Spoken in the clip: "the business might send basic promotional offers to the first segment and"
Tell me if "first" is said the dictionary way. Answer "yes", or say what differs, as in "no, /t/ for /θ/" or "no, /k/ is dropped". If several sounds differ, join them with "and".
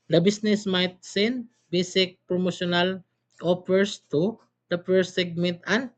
no, /p/ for /f/